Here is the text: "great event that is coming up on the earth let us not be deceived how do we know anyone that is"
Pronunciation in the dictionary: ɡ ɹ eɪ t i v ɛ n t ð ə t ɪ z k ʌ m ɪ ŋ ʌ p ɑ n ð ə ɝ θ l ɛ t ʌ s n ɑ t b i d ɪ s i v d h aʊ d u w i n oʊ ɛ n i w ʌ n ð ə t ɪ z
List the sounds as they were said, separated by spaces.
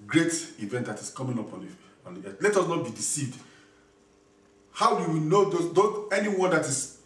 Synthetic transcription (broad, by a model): ɡ ɹ eɪ t i v ɛ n t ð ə t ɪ s k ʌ m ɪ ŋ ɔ p ɑ n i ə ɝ t l ɛ t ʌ s n ɑ t b i d ɪ s i v d h aʊ d u w i n oʊ ɛ n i w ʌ n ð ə t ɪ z